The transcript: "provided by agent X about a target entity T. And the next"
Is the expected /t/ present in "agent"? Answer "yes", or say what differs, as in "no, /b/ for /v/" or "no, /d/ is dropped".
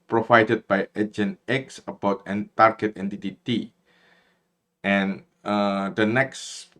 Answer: no, /t/ is dropped